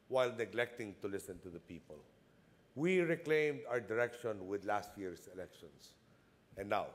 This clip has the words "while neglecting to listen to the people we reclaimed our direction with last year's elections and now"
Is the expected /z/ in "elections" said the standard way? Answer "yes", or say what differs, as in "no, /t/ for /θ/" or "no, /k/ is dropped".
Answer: no, /s/ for /z/